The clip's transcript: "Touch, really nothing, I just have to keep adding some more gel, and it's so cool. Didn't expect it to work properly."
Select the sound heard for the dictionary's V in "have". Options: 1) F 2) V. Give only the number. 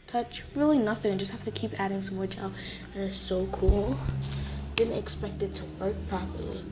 1